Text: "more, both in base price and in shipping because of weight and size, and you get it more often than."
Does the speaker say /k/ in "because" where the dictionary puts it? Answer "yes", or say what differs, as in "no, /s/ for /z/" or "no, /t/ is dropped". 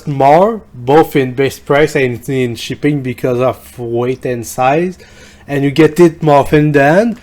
yes